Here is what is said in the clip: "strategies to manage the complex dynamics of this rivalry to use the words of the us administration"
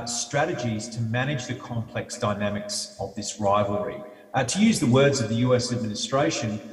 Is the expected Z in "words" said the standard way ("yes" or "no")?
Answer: yes